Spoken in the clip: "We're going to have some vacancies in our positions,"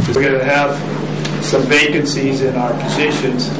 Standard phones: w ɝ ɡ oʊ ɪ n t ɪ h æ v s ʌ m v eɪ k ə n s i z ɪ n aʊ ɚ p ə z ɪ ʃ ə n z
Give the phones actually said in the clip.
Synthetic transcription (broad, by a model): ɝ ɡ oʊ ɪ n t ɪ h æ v s ʌ m v eɪ k ə n s i z ɪ n aʊ ɚ p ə z ɪ ʃ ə n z